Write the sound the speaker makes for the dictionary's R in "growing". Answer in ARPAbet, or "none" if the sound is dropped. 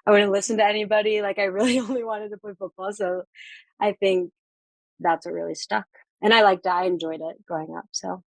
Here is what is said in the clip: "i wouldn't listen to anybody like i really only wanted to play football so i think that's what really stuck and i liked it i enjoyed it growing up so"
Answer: none